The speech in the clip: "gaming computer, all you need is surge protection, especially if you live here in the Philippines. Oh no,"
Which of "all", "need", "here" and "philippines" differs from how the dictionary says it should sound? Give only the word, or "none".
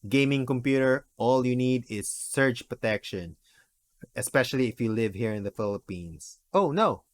philippines